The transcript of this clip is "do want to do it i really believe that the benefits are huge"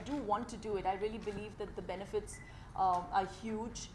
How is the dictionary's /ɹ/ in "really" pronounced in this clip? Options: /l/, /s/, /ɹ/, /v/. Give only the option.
/ɹ/